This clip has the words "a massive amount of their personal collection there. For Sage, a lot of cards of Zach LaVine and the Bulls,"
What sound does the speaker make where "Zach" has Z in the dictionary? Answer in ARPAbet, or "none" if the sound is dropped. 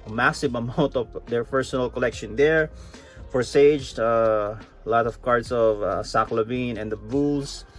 S